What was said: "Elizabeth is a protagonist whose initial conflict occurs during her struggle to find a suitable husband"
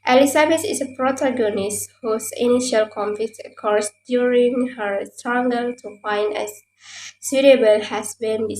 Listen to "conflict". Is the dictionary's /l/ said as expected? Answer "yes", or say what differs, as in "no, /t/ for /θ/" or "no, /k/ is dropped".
no, /l/ is dropped